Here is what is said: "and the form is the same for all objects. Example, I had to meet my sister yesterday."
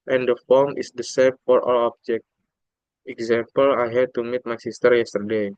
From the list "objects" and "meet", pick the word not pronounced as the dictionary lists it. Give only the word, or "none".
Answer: objects